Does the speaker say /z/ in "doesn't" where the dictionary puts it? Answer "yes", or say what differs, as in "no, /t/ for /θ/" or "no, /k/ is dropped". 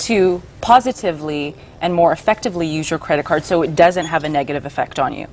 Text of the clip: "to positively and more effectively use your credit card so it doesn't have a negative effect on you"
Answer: yes